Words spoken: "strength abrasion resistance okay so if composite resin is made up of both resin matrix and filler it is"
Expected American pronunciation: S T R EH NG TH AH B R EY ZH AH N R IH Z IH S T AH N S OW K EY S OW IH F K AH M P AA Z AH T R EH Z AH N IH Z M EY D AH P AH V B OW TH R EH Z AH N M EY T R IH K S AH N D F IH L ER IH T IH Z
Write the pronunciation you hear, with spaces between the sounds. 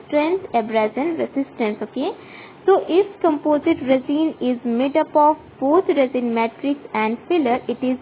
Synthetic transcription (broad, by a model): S T R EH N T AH B R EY Z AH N R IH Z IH S T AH N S OW K EY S OW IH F K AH M P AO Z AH T R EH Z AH N IH Z M EY D AH P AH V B OW T R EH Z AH N M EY T R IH K S AH N D F IH L ER IH T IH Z